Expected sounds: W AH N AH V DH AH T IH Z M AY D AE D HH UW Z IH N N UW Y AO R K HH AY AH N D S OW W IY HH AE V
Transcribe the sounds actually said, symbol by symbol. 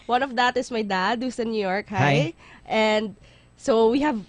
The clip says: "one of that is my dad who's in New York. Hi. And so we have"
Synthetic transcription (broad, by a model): W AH N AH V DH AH T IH S M AY D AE D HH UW S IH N N UW Y AO R K HH AY AH N D S OW W IY HH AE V